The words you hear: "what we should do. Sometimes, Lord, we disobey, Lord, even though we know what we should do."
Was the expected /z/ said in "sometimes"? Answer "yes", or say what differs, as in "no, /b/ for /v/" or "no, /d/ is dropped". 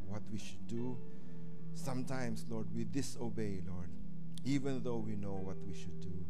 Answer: no, /s/ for /z/